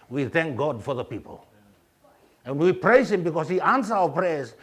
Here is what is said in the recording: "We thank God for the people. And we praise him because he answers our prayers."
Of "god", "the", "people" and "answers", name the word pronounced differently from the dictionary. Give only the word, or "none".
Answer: answers